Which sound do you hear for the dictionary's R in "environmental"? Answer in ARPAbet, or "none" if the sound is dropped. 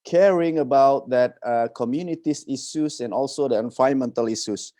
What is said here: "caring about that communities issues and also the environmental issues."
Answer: none